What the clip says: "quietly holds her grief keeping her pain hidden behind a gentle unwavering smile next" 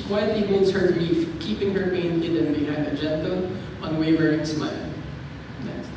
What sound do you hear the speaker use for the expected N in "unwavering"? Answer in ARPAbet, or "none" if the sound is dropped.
none